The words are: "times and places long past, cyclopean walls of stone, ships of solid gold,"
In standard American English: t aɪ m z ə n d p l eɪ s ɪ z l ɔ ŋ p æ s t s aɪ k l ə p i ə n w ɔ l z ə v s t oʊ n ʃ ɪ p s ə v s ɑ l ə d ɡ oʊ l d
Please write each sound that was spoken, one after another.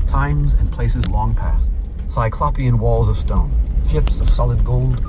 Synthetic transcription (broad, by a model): t aɪ m z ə n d p l eɪ s ɪ z l ɔ ŋ p æ s t s aɪ k l ə p i ə n w ɔ l z ə v s t oʊ n ʃ ɪ p s ə v s ɑ l ə d ɡ oʊ l d